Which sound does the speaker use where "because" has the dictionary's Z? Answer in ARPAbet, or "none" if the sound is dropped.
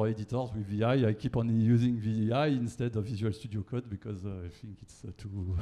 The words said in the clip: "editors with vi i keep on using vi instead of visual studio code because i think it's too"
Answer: Z